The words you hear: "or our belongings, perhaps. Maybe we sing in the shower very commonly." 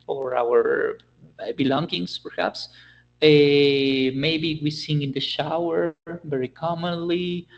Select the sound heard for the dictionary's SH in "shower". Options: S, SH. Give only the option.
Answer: SH